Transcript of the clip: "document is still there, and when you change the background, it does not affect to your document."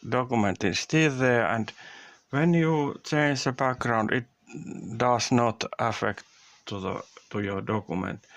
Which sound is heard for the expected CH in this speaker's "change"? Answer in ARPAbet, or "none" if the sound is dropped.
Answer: CH